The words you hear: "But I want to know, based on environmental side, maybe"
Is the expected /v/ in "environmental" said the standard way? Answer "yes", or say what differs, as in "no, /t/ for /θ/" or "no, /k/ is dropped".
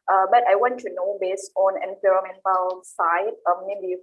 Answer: no, /p/ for /v/